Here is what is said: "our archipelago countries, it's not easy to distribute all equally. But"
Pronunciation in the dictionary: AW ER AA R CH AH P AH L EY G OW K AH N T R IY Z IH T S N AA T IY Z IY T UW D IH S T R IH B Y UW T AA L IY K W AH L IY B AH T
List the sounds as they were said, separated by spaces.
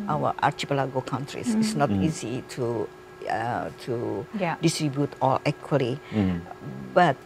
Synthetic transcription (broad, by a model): AW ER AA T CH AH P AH L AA G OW K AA N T R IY S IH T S N AA T IY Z IY T UW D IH S T R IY B Y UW T AA L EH K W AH L IY B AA T